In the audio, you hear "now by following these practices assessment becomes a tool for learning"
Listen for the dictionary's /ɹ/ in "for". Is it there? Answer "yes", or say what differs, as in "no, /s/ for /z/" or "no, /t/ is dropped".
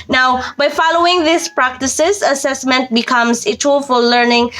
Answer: no, /l/ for /ɹ/